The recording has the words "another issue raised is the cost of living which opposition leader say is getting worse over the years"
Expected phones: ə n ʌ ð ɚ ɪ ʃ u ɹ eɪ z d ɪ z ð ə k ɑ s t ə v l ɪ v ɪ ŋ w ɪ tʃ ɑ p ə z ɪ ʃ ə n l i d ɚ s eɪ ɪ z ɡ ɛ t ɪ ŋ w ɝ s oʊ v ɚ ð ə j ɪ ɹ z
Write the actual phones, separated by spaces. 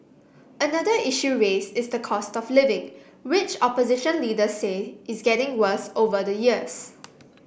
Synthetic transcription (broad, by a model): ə n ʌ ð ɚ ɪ ʃ u ɹ eɪ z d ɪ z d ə k ɑ s t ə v l ɪ v ɪ ŋ w ɪ tʃ ɑ p ə z ɪ ʃ ə n l i d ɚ s eɪ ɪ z ɡ ɛ t ɪ ŋ w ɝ s oʊ v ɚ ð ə j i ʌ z